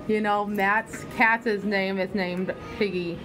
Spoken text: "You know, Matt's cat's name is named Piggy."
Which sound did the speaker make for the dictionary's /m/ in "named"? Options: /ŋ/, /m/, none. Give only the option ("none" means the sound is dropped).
/m/